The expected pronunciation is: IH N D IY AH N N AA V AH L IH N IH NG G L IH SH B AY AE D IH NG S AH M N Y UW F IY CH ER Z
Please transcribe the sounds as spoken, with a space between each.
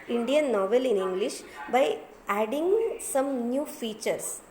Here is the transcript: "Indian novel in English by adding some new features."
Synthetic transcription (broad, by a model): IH N D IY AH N N AA V AH L IH N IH NG G L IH SH B AY AE D IH NG S AH M N Y UW F IY CH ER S